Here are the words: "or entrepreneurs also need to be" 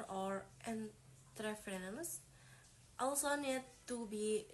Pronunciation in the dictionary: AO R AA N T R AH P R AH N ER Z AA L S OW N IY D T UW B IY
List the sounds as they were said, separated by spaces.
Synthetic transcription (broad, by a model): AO R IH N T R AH F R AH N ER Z AA L S OW N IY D T UW B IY